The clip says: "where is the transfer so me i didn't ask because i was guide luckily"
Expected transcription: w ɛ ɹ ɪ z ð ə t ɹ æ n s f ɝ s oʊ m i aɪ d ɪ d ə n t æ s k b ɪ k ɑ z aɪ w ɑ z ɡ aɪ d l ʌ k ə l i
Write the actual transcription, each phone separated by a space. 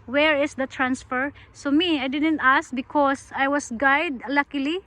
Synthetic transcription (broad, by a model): w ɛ ɹ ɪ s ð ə t ɹ æ n s f ɝ s oʊ m i aɪ d ɪ d ə n t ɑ s k b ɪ k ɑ s aɪ w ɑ s ɡ aɪ d l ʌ k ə l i